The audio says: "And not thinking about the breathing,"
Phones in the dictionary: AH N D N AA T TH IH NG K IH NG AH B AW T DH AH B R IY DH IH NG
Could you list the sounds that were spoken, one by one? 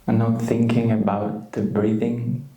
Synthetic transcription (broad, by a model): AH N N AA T TH IH NG K IH NG AH B AW T DH AH B R IY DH IH NG